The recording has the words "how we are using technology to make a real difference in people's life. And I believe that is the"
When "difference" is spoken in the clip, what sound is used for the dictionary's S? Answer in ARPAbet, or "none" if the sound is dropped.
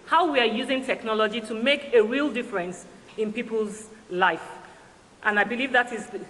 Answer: S